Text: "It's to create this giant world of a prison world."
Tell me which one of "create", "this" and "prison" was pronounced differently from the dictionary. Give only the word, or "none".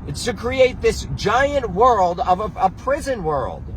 none